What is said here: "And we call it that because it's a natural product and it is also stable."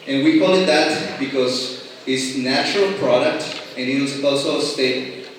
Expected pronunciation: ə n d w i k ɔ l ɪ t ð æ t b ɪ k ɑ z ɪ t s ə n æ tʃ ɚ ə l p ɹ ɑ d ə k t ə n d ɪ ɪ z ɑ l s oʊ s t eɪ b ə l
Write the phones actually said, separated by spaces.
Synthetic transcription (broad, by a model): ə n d w i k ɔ n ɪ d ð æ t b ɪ k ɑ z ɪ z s n æ tʃ ɚ ə l p ɹ ɑ d ə k t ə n ɪ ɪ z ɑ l s oʊ s t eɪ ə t